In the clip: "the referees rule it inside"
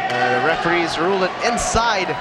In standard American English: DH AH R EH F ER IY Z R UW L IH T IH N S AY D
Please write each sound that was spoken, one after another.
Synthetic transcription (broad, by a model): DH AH R EH F ER IY Z R UW L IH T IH N S AY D